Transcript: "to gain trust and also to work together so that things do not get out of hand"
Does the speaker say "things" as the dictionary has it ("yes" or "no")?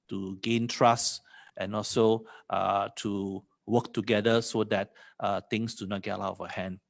no